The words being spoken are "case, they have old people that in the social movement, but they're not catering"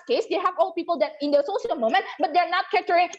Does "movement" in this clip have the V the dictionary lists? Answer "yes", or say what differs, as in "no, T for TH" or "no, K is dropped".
no, V is dropped